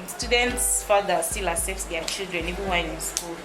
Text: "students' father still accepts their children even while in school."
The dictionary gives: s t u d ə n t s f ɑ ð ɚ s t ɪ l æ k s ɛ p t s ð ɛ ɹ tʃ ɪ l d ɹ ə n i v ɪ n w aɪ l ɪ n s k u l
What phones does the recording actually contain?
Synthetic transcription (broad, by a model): s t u d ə n t s f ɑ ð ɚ s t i l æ s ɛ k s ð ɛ tʃ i l d ɹ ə n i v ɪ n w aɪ n ɪ n s k u l